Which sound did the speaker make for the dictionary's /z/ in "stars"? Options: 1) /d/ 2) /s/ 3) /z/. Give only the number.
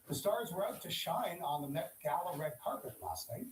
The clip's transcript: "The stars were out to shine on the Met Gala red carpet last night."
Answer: 3